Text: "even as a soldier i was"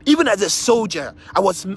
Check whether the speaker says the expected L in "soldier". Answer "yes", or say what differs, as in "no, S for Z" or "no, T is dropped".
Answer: yes